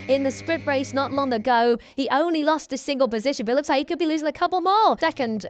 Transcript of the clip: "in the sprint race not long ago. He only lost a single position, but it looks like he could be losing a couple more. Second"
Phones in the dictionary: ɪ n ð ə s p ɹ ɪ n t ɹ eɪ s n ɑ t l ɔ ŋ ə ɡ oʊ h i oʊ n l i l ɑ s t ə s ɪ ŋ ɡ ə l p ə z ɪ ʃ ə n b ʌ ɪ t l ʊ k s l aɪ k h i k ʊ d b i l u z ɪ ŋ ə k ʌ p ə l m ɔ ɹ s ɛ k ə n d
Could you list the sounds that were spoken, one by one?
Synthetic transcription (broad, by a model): ɪ n ð ə s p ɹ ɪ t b ɹ eɪ s n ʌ t l ɔ ŋ ə ɡ oʊ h i oʊ n l i l ɑ s t ə s ɪ ŋ ɡ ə l p ə z ɪ ʃ ə n b ʌ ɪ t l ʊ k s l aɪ h i k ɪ d b i l u z ɪ ŋ ə k ʌ p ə l m ɔ l s ɛ k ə n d